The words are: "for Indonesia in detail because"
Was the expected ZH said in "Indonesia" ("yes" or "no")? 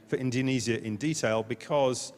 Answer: no